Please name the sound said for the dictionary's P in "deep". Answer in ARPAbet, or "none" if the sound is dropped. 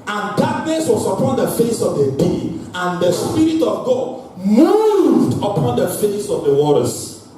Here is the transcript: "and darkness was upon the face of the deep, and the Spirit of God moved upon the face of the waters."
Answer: none